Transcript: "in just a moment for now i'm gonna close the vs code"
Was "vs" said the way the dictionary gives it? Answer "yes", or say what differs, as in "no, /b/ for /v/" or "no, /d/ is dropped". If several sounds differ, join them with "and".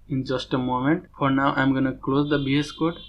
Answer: no, /b/ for /v/